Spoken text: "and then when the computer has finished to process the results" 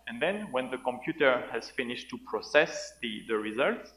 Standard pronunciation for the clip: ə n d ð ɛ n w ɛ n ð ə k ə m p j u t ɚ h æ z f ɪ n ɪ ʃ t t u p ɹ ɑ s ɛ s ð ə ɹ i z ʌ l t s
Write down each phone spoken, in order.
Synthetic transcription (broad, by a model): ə n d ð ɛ n w ɛ n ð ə k ə m p j u t ɚ h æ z f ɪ n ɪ ʃ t t u p ɹ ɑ s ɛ s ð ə ɹ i z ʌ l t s